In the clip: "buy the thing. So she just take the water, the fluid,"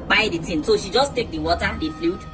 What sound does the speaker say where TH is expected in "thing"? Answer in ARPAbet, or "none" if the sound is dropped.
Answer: T